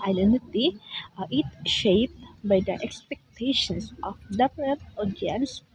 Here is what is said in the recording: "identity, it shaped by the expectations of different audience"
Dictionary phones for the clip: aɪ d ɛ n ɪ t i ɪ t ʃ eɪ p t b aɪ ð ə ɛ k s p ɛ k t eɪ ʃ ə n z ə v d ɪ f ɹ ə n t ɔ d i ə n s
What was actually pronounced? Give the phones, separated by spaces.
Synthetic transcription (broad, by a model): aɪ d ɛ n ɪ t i ɪ t ʃ eɪ p t b aɪ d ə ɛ k s p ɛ k t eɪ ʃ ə n s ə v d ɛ p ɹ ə t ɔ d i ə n s